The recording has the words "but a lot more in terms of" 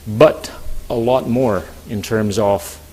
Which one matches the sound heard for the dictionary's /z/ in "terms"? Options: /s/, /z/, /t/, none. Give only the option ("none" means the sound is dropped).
/z/